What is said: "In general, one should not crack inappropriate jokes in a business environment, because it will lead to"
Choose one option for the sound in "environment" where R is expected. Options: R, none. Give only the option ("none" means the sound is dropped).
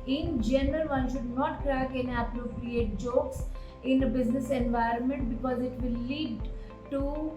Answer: R